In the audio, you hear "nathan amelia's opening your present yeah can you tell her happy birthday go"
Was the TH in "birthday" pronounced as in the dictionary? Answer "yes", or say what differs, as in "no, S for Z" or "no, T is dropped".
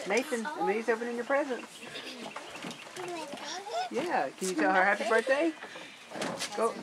no, T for TH